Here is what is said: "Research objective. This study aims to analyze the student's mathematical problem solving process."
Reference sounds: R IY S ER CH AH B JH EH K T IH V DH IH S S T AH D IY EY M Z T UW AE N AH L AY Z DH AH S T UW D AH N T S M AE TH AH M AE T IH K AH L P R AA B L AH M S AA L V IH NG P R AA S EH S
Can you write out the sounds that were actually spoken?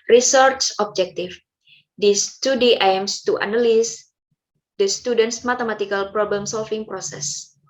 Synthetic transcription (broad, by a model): R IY S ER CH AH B JH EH K T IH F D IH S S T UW D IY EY M S T UW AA N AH L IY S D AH S T UW D AH N T S M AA T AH M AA T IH K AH L P R AA B L AH M S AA L F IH NG P R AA S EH S